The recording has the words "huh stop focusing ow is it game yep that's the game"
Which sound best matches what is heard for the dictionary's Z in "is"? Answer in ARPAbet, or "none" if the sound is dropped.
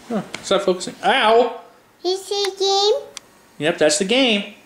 S